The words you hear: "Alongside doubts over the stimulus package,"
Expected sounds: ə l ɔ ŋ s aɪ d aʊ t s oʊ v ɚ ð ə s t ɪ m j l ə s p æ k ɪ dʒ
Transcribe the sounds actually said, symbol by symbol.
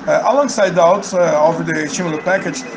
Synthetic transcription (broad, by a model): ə l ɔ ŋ s aɪ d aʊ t oʊ v ɚ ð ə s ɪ m l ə p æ k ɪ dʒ